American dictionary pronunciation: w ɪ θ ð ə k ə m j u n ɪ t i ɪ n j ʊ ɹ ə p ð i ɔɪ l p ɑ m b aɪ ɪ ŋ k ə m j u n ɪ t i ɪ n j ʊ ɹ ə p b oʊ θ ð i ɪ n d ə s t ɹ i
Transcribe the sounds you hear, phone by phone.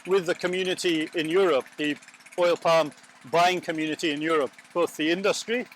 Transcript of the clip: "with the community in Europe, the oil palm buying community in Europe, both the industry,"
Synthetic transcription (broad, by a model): w ɪ ð ə k ə m j u n ɪ t i ɪ n j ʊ ɹ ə p ð i ɔɪ l p ɑ m b aɪ ɪ ŋ k ə m j u n ɪ t i ɪ n j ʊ ɹ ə p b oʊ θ ð i ɪ n d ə s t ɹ i